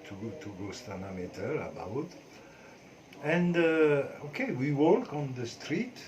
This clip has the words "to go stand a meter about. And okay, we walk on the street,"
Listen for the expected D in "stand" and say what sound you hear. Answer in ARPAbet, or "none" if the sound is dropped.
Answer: none